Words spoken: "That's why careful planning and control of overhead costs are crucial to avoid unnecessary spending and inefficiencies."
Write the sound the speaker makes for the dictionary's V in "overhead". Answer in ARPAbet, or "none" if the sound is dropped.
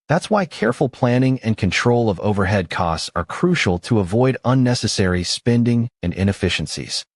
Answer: V